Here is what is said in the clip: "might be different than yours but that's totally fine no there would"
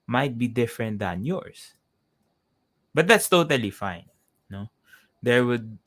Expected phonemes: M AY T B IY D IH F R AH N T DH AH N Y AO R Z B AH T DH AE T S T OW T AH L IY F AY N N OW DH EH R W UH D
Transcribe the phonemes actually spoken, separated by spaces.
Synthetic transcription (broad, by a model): M AY T B IY D IH F R AH N T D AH N Y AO R S B AH T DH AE T S T OW T AH L IY F AY N N OW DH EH R W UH D